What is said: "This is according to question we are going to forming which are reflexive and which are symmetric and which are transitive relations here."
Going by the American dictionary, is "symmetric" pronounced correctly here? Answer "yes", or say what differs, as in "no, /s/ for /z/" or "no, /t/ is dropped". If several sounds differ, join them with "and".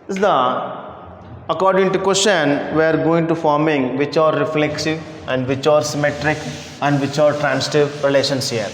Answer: yes